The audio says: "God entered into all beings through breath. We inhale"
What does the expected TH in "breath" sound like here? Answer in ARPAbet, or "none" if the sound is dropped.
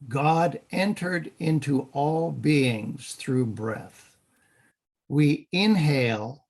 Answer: TH